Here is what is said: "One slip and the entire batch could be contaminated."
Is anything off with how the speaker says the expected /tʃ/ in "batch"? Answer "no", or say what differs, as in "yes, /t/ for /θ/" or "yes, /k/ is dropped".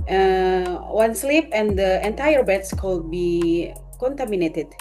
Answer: yes, /s/ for /tʃ/